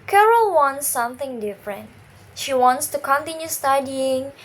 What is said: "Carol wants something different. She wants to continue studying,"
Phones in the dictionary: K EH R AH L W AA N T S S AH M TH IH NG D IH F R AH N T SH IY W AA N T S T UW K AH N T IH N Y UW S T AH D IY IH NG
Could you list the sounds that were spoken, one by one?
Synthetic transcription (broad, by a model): K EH R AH L W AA N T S S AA M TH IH NG D IH F R AH N T SH IY W AA N T S T UW K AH N T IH N Y UW S T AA D IY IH NG